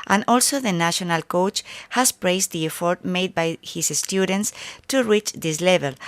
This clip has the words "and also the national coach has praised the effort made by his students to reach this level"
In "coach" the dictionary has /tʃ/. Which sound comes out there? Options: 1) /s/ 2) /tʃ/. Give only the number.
2